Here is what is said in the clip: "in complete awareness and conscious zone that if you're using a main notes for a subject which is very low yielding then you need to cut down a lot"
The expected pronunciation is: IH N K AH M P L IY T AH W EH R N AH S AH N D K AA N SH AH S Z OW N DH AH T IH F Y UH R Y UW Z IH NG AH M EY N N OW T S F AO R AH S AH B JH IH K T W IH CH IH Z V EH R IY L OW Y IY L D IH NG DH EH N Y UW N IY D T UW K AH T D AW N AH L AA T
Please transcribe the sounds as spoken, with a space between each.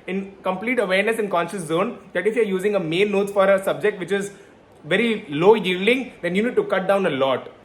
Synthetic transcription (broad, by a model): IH N K AH M P L IY T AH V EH R N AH S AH N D K AA N SH AH S Z OW N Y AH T IH F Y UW R Y UW Z IH NG AH M EY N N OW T F AO R AH S AH B JH IH K T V IH CH IH Z V EH R IY L OW Y IY L D IH NG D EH N Y UW N IY D T UW K AH T D AW N AH L AA T